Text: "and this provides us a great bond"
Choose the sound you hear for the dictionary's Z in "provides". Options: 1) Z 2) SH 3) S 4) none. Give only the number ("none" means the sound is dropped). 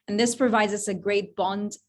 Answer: 1